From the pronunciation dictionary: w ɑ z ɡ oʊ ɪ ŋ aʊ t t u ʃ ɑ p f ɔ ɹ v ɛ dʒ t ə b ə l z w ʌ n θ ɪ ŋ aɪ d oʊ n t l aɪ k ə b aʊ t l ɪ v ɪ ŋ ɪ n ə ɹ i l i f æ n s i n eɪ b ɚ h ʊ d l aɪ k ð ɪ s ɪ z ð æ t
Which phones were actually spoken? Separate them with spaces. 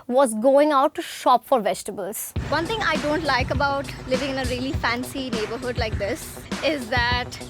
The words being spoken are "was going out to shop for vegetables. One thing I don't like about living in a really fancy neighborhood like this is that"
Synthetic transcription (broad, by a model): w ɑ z ɡ oʊ ɪ ŋ aʊ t t u ʃ ɑ p f ɔ ɹ v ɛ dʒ t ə b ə l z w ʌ n t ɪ ŋ aɪ d oʊ n t l aɪ k ə b aʊ t l ɪ v ɪ ŋ ɪ n ə ɹ i l i f æ n s i n eɪ b ɚ h ʊ d l aɪ k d ɪ s ɪ z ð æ t